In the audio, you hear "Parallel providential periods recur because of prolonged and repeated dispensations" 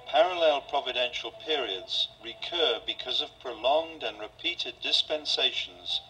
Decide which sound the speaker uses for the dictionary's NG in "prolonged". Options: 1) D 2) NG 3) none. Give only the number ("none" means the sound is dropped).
2